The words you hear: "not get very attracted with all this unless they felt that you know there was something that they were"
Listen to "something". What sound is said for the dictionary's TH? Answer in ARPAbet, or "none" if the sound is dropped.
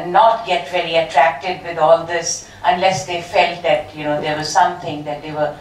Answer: T